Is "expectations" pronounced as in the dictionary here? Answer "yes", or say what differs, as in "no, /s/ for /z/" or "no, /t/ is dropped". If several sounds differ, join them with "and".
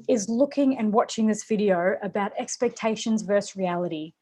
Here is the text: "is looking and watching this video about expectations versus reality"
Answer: yes